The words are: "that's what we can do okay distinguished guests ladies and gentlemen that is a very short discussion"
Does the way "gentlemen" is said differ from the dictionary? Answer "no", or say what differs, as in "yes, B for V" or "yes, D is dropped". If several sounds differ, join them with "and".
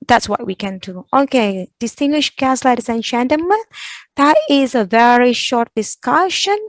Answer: yes, L is dropped